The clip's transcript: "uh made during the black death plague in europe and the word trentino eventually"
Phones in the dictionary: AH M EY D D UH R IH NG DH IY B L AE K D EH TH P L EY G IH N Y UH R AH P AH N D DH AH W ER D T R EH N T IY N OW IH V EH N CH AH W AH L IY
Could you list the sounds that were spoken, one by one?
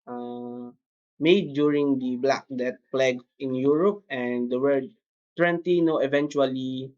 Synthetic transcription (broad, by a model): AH M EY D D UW R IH NG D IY B L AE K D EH T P L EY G IH N Y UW R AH P AH N D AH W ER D T W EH N T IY N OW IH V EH N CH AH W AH L IY